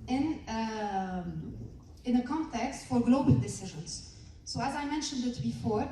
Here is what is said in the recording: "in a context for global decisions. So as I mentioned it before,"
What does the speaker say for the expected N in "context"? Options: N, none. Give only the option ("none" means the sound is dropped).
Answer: N